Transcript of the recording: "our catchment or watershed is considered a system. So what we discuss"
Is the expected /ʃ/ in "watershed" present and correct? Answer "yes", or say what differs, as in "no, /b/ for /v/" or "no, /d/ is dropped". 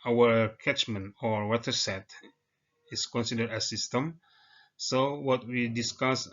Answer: no, /s/ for /ʃ/